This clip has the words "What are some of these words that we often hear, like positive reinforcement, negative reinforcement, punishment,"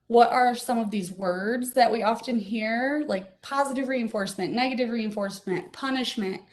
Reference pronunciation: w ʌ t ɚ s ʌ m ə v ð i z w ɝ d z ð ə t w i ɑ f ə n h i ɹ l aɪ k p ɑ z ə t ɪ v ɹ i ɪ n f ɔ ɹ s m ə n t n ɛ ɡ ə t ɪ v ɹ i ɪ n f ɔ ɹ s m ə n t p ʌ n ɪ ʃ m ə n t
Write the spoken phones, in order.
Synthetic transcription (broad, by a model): w ʌ t ɚ s ʌ m ə v ð i z w ɝ d z ð ə t w i ɑ f ə n h i ɹ l aɪ k p ɑ z ə t ɪ v ɹ i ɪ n f ɔ ɹ s m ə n n ɛ ɡ ə t ɪ v ɹ i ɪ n f ɔ ɹ s m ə n t p ʌ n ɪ ʃ m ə n t